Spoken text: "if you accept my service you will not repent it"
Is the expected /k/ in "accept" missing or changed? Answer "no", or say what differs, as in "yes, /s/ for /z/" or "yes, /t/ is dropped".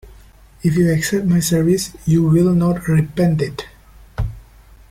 no